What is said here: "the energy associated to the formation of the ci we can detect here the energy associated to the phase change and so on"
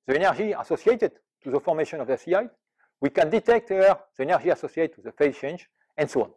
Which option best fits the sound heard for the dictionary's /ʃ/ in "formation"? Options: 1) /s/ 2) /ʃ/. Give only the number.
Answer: 2